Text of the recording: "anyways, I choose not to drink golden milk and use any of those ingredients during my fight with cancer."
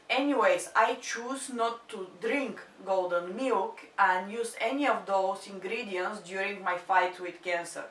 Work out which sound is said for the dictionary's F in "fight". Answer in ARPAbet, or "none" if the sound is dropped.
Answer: F